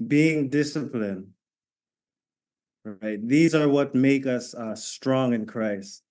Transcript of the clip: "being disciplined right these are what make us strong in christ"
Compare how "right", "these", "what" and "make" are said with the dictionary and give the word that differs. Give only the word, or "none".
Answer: none